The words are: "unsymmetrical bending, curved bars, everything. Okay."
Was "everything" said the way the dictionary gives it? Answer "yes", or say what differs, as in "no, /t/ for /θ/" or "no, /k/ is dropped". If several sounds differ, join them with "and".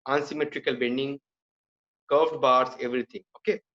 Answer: no, /t/ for /θ/